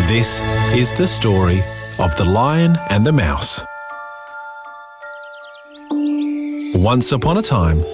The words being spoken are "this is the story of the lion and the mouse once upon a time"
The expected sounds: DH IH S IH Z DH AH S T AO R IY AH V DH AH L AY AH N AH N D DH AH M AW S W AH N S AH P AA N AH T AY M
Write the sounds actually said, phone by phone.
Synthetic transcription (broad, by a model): DH IH S IH Z DH AH S T AO R IY AH V DH AH L AY AH N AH N DH AH M AW S W AH N S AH P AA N AH T AY M